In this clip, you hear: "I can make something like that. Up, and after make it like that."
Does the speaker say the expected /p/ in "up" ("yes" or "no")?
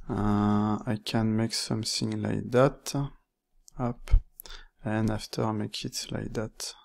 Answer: yes